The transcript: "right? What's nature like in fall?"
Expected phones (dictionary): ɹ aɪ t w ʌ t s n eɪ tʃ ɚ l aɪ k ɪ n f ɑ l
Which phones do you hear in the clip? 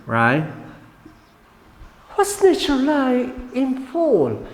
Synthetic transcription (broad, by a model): ɹ aɪ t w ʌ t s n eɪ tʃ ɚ l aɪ ɪ n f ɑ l